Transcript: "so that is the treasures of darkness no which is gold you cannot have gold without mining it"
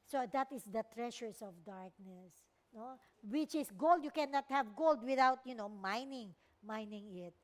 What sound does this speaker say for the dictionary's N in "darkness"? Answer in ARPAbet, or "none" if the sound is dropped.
N